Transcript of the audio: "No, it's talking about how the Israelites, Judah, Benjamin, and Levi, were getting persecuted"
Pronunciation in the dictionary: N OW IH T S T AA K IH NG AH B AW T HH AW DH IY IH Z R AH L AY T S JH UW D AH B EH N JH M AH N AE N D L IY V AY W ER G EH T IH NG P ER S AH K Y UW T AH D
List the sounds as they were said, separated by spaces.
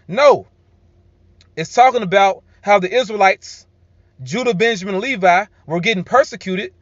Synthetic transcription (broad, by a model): N OW IH T S T AA K IH NG AH B AW T HH AW DH IY IH Z R AH L AY T S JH UW D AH B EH N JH AH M N L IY V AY W ER G EH T IH NG P ER S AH K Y UW T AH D